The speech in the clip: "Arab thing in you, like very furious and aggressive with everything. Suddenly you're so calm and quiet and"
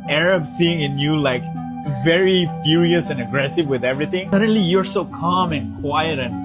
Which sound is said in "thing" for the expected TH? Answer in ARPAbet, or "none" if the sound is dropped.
S